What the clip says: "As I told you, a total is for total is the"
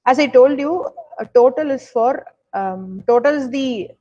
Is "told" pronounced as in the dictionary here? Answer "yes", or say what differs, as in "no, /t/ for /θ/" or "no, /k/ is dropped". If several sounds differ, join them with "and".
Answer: yes